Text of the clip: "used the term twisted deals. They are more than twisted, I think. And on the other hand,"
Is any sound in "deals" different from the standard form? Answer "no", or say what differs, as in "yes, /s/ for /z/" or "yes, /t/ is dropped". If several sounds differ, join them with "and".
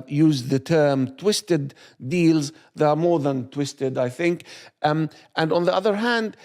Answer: no